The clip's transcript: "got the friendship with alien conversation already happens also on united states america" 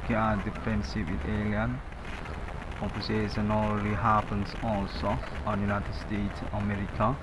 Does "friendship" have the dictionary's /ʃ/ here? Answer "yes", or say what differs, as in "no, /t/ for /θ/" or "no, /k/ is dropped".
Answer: no, /s/ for /ʃ/